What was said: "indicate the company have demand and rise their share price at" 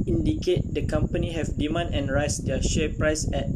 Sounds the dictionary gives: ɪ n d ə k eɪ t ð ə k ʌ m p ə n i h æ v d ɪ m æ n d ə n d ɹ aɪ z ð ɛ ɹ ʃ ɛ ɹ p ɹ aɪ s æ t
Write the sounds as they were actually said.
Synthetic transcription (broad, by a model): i n d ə k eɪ t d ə k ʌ m p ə n i h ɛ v d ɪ m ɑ n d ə n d ɹ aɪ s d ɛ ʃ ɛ p ɹ aɪ s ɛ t